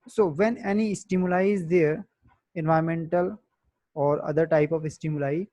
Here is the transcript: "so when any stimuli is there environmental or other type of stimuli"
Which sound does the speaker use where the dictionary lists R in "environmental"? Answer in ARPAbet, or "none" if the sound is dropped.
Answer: none